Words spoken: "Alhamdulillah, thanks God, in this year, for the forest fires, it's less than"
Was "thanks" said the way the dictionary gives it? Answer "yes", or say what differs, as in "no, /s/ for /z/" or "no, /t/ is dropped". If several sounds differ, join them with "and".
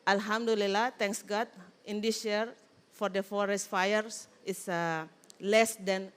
no, /t/ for /θ/